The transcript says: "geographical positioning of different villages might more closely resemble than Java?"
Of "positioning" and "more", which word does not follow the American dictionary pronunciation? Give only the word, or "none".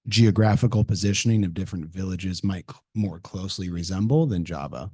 none